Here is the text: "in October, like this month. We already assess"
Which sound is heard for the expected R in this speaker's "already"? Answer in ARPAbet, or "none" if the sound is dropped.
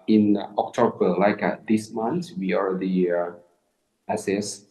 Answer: R